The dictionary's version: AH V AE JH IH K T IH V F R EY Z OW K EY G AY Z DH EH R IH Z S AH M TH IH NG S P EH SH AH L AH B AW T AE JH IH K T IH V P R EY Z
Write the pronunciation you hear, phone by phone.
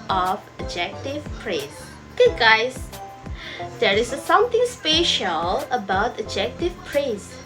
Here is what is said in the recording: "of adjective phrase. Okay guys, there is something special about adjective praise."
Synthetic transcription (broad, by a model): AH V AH JH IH K T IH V P R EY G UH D G AY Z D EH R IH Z S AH M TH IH NG S P EH SH AH L AH B AW T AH JH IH K T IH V P R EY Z